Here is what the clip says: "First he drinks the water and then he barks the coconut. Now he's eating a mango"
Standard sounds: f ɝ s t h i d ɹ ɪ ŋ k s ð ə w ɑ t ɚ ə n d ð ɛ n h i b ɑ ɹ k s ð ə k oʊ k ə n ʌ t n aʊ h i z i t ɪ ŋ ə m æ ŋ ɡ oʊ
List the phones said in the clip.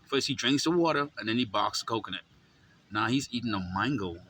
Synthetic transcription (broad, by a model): f ɝ s t h i d ɹ ɪ ŋ k s ð ə w ɑ t ɚ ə n ð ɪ n i b ɑ k s k oʊ k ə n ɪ t n aʊ h i z i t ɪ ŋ ə m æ ŋ ɡ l